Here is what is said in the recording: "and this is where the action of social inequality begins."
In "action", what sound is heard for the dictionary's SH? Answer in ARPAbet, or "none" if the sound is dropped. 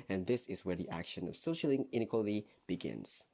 SH